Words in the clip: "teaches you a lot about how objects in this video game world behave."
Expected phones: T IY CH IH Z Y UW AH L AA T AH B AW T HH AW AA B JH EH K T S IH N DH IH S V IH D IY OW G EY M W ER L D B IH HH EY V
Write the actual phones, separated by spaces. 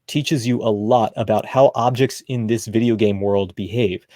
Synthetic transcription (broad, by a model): T IY CH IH Z Y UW AH L AA T AH B AW T HH AW AA B JH EH K T S IH N DH IH S V IH D IY OW G EY M W ER L D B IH HH EY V